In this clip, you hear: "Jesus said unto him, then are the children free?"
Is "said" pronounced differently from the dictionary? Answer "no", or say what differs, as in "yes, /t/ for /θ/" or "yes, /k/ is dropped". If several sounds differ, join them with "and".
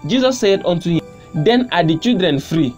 no